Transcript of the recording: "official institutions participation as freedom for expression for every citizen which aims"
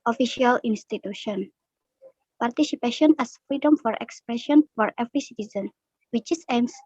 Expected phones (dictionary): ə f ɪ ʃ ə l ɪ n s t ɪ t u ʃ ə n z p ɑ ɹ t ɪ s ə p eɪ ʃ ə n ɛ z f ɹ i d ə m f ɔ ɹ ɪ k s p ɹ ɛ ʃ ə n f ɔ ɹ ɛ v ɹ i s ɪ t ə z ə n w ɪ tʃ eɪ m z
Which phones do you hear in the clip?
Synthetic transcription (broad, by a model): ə f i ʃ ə l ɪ n s t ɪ t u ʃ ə n p ɑ ɹ t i s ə p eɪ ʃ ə n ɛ s f ɹ i d ə m f ɔ ɹ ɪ k s p ɹ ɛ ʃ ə n f ɔ ɹ ɛ v ɹ i s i t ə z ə n w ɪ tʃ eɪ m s